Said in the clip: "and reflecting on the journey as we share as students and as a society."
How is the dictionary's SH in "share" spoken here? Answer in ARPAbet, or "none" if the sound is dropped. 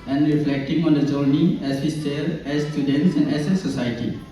S